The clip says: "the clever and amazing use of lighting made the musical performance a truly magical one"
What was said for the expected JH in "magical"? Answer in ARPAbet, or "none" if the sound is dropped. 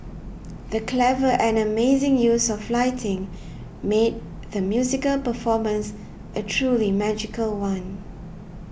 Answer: JH